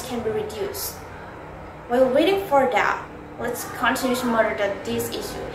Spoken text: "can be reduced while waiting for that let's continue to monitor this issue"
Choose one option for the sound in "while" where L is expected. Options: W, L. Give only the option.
W